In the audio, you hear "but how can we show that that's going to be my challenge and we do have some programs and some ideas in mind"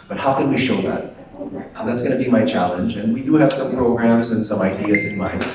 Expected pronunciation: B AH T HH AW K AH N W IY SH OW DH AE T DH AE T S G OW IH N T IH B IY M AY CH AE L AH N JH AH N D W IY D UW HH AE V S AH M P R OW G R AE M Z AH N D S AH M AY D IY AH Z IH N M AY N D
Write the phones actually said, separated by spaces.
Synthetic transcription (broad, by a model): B AH T HH AW K AH N W IY SH OW DH AE T DH AE T S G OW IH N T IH B IY M AY CH AE L AH N JH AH N W IY D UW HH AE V S AH M P R OW G R AE M Z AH N S AH M AY D IY AH Z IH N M AY